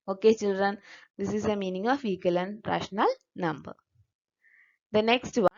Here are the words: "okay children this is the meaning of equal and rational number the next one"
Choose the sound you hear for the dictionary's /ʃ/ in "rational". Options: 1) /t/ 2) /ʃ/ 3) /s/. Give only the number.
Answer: 2